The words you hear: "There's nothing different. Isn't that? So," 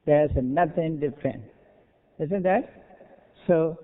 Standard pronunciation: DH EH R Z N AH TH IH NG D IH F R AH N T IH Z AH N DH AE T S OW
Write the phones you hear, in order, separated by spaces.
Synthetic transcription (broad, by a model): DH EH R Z N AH T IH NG D IH F R AH N T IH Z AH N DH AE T S OW